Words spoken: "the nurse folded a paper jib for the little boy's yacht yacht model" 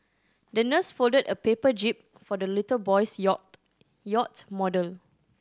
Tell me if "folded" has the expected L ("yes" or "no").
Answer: yes